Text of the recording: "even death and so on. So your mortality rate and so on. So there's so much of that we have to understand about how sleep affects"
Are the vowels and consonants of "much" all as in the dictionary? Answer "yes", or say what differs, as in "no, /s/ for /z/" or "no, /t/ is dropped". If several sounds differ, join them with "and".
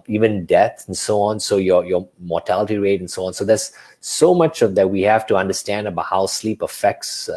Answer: yes